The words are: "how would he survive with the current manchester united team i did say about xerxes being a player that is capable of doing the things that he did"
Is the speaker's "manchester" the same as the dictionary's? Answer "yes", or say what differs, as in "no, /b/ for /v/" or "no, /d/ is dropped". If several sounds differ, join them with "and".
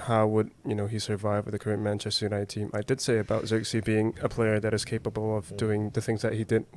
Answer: yes